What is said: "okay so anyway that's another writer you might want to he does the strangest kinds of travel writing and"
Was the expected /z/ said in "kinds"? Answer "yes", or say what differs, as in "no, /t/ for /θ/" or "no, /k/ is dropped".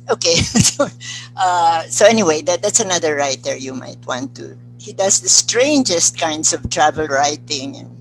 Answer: no, /s/ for /z/